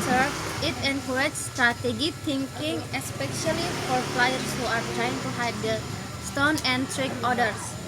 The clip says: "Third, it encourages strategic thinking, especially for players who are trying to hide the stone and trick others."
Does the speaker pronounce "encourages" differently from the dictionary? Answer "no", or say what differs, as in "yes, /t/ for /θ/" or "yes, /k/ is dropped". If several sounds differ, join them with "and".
yes, /dʒ/ is dropped